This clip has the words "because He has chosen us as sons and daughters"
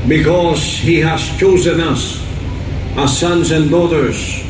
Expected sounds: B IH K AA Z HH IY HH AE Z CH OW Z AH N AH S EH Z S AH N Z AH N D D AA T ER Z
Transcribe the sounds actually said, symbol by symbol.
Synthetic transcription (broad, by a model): B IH K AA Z HH IY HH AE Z CH OW Z AH N AH S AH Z S AH N Z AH N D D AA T ER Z